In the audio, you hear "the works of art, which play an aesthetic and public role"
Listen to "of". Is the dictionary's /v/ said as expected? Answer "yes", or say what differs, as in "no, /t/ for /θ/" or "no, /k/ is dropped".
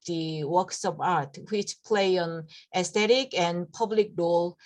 no, /p/ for /v/